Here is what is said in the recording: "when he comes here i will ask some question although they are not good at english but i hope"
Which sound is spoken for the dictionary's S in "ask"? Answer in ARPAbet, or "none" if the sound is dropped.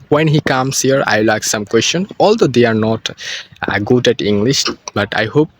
none